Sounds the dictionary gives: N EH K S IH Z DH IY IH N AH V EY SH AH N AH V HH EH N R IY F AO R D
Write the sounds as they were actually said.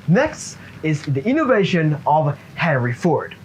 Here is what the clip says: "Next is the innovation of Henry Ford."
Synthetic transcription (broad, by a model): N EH K S IH Z DH IY IH N AH V EY SH AH N AH V HH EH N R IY F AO R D